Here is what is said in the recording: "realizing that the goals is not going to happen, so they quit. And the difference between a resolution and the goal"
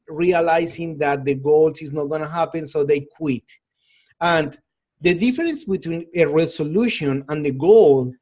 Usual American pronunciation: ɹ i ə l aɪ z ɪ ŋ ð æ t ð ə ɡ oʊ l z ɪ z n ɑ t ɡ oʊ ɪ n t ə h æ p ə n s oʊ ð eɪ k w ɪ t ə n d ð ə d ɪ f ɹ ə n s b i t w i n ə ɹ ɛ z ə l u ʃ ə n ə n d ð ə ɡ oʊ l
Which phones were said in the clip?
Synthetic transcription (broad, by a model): ɹ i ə l aɪ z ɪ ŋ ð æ t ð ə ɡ oʊ l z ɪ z n ɑ t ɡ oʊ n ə h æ p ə n s oʊ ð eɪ k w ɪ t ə n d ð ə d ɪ f ɹ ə n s b i t w i n ə ɹ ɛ s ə l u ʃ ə n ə n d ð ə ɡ oʊ l